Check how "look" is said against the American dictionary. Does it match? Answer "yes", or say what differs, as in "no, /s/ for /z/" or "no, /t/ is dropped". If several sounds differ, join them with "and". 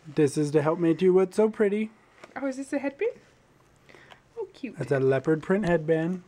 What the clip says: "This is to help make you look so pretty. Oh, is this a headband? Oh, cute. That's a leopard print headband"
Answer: no, /w/ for /l/